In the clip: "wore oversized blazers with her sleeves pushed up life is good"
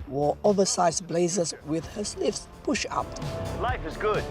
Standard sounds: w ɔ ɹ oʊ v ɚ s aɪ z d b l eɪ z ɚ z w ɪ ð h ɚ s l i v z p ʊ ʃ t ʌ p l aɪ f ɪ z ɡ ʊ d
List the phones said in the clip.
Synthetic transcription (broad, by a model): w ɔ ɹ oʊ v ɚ s aɪ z b l eɪ z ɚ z w ɪ ð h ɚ s l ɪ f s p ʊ ʃ ʌ p l aɪ f ɪ z ɡ ʊ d